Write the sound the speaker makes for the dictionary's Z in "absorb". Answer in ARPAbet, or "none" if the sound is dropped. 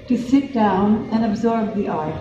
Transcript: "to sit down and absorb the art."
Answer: Z